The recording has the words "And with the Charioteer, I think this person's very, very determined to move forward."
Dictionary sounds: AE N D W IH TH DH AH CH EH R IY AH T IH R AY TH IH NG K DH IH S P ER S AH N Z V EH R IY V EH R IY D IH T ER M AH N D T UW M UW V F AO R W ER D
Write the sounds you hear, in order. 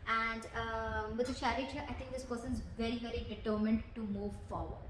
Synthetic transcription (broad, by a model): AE N D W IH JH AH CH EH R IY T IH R AY T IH NG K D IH S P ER S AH N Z V EH R IY V EH R IY D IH T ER M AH N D T UW M UW V F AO R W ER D